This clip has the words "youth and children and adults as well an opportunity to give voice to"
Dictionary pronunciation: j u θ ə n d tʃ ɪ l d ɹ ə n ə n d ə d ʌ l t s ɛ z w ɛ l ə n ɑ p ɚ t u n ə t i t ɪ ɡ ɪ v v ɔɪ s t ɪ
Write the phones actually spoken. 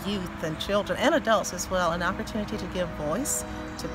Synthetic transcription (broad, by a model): j u θ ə n tʃ ɪ l d ɹ ə n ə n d ə d ʌ l t s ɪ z w ɛ l ə n ɑ p ɚ t u n ə t i t ɪ ɡ ɪ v v ɔɪ s t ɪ